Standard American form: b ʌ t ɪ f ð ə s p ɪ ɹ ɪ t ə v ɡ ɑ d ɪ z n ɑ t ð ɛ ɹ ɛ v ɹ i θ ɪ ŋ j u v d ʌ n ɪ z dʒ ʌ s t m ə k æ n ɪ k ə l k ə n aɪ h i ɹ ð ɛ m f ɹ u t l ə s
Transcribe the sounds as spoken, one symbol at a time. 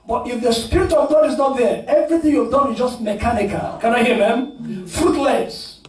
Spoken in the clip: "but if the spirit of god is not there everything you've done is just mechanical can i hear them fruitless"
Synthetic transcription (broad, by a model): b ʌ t ɪ f ð ə s p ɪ ɹ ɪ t ə v ɡ ɑ d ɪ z n ɑ t ð ɛ ɹ ɛ v ɹ i θ ɪ ŋ j u v d ʌ n ɪ z dʒ ʌ s t m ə k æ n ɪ k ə l k ə n aɪ h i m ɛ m f ɹ u t l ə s